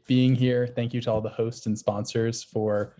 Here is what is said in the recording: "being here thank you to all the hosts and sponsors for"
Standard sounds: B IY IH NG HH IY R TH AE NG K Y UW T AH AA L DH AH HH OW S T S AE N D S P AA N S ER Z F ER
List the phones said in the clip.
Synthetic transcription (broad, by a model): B IY IH NG HH IY R TH AE NG K Y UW T AH AA L DH AH HH OW S T S N S P AA N S ER Z F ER